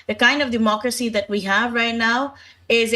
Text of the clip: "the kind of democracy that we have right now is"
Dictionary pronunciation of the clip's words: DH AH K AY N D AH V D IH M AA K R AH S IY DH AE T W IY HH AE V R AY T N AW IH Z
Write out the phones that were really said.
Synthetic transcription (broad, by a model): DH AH K AY N D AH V D IH M AA K R AH S IY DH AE T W IY HH AE V R AY T N AW IH Z